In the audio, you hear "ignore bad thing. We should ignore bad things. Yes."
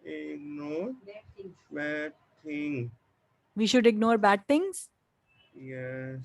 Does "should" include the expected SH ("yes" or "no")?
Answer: yes